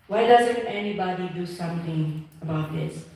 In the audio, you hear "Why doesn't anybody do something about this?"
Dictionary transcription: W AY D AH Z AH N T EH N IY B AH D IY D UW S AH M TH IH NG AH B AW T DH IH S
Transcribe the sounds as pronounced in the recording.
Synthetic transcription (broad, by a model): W AY D AH Z AH N T EH N IY B AH D IY D UW S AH M T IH NG AH B AW T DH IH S